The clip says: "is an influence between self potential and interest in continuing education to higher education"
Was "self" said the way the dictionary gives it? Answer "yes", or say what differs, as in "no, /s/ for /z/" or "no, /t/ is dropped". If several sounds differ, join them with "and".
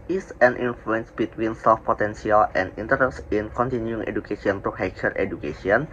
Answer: no, /l/ is dropped